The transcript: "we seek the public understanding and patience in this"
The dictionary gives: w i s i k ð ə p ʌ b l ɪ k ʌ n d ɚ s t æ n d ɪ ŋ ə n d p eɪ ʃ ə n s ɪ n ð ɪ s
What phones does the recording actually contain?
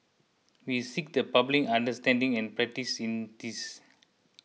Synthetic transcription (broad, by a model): w i s i k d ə p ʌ b l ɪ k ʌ n d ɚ s t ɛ n d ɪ ŋ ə n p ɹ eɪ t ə s ɪ n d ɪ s